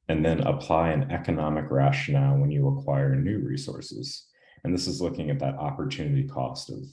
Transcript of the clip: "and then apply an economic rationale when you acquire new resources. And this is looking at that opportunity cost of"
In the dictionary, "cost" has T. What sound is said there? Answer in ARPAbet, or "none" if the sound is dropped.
T